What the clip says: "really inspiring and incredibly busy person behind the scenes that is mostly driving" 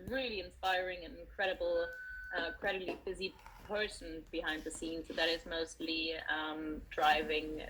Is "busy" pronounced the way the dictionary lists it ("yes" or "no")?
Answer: yes